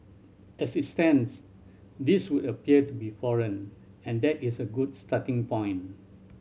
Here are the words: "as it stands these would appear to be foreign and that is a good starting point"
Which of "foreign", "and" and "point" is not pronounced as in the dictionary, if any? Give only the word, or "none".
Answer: point